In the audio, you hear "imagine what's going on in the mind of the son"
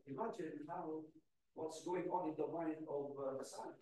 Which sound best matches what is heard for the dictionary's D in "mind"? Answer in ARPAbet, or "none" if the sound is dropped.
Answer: none